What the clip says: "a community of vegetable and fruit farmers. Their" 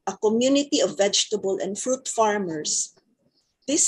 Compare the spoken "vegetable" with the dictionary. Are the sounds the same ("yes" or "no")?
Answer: yes